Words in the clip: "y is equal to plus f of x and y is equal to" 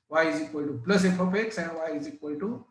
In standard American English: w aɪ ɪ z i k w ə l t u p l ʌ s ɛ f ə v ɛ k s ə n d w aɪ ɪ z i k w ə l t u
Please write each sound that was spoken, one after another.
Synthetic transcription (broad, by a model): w aɪ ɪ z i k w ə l t u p l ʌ s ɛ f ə p ɛ k s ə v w aɪ ɪ z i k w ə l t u